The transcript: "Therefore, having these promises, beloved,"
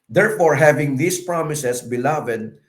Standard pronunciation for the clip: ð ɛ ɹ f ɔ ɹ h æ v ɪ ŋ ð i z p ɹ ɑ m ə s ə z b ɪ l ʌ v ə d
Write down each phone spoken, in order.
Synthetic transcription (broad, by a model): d ɛ ɹ f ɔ ɹ h æ v ɪ ŋ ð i s p ɹ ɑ m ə s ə s b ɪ l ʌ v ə d